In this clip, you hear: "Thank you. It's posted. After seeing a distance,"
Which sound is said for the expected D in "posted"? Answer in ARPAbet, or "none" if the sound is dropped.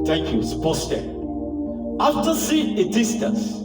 none